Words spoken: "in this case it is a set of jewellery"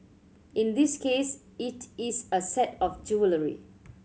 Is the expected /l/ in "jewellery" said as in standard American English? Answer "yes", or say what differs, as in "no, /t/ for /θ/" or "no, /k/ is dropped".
yes